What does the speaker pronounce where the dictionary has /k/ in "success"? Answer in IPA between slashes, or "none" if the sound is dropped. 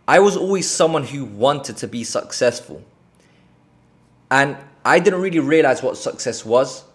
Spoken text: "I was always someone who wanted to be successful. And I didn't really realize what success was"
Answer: /k/